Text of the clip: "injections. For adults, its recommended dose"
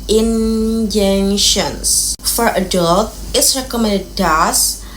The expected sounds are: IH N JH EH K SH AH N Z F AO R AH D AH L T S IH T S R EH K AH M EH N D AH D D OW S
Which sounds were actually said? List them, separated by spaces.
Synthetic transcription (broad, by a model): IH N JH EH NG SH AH N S F AO R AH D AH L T IH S R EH K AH M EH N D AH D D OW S